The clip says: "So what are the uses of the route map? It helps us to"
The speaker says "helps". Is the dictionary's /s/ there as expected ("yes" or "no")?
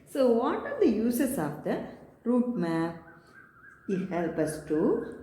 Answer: no